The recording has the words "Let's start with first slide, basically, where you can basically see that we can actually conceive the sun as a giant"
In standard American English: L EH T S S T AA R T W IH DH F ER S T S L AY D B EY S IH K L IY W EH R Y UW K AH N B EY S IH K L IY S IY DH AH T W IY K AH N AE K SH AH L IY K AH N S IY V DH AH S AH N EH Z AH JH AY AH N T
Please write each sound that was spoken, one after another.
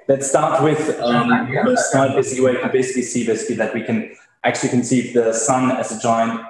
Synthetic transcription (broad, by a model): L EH T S S T AA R T W IH DH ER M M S N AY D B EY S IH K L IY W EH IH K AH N B EY S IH K L IY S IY DH AH T W IY K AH N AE K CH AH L IY K AH N S IY V DH AH S AH N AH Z AH JH AY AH N T